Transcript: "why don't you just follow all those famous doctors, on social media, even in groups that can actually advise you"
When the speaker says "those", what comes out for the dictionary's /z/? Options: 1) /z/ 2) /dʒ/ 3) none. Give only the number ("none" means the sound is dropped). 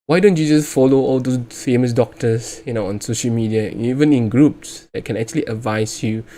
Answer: 3